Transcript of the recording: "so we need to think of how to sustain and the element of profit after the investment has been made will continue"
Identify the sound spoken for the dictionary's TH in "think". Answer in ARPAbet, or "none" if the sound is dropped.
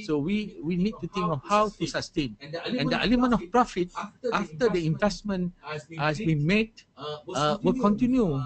T